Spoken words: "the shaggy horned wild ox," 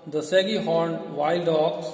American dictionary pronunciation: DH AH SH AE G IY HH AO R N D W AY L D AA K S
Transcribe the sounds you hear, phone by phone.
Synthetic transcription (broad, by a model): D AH S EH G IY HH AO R N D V AY L D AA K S